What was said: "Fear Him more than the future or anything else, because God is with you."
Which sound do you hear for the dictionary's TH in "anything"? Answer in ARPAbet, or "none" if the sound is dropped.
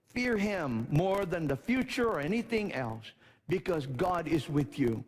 TH